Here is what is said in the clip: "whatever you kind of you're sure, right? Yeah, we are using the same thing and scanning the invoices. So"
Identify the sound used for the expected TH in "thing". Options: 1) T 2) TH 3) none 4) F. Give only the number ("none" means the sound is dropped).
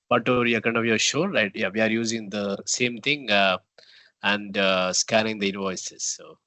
1